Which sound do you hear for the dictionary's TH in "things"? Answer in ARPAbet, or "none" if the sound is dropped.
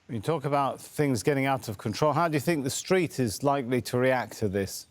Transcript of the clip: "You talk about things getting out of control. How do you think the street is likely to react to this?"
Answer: TH